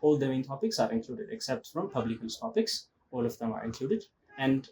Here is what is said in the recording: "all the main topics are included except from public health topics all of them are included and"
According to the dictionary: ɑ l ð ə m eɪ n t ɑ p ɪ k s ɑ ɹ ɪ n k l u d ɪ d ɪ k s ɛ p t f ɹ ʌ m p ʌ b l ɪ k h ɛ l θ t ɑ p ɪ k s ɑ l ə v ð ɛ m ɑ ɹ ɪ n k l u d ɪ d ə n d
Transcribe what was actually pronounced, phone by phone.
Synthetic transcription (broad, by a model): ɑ l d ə m eɪ n t ɑ p ɪ k s ɑ ɹ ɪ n k l u d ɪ d ɪ k s ɛ p t f ɹ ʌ m p ʌ b l ɪ k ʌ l s t ɑ p ɪ k s ɑ l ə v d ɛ m ɑ ɹ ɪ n k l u d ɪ d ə n d